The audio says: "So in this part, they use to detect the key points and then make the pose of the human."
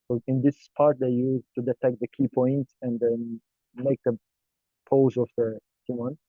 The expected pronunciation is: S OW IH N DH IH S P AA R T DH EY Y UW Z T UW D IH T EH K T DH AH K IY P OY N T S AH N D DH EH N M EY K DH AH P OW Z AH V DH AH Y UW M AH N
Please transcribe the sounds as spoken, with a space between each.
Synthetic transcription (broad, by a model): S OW IH N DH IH S P AA R T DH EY Y UW Z T UW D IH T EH K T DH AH K IY P OY N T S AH N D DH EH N M EY K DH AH P OW Z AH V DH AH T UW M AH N